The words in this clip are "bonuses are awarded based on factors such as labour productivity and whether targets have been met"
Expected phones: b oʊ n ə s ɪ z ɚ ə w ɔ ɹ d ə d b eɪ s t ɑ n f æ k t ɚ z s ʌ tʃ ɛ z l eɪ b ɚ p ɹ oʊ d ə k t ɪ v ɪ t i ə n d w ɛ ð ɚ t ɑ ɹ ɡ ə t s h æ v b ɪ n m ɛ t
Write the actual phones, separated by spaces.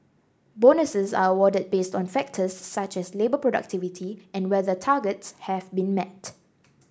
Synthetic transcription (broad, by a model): b oʊ n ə s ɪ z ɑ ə w ɔ d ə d b eɪ s t ɑ n f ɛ k t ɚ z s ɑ tʃ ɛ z l eɪ b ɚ p ɹ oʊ d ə k t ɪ v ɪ t i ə n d w ɛ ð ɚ t ɑ ɡ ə t s h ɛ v b ɪ n m ɛ t